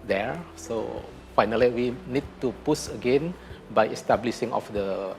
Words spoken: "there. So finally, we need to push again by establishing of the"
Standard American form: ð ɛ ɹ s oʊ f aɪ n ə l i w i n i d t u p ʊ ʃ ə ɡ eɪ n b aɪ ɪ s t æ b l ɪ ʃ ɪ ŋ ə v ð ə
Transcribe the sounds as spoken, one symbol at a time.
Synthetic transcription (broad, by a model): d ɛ ɹ s oʊ f aɪ n ə l i w i n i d t u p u s ə ɡ eɪ n b aɪ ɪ s t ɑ b l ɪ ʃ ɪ ŋ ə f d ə